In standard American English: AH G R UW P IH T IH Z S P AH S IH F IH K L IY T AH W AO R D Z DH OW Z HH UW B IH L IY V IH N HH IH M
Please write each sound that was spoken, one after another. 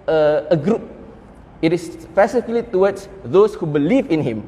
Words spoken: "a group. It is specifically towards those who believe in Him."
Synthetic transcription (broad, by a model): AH G R UW P IH T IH S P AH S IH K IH L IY T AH W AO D S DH OW S HH UW B IH L IY V IH N HH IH M